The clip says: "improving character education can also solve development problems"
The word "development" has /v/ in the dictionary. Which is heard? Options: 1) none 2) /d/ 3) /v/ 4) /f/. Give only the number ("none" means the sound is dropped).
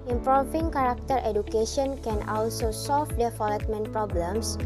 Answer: 4